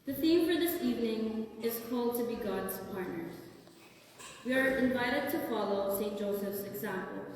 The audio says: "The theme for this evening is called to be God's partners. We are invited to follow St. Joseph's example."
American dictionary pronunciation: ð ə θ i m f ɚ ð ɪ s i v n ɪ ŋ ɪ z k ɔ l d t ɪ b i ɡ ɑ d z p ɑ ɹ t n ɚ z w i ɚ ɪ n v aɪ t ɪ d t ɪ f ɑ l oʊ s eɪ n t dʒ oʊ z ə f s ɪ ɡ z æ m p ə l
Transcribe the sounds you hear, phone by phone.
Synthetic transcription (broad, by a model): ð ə θ i m f ɚ ð ɪ s i v n ɪ ŋ ɪ z k ɔ l d t ɪ b i ɡ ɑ d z p ɑ ɹ t n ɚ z w i ɚ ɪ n v aɪ t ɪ d t ɪ f ɑ l oʊ s eɪ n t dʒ oʊ s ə f s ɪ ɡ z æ m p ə l